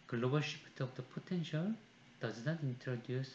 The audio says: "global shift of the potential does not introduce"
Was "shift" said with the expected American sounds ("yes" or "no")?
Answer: no